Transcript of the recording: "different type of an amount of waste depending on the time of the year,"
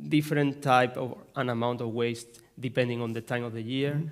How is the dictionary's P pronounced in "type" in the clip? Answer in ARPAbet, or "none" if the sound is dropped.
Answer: P